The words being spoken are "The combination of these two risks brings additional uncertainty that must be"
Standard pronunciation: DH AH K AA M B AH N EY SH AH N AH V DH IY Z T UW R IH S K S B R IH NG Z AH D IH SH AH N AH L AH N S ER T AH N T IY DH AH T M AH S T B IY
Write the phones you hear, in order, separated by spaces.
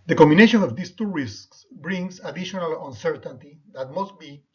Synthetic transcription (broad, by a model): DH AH K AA M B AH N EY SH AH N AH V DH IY S T UW R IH S K S B R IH NG S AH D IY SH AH N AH L AH N S ER T AH N T IY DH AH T M AH S T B IY